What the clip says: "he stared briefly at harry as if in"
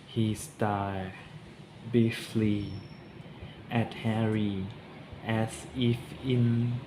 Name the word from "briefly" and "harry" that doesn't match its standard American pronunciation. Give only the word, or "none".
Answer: briefly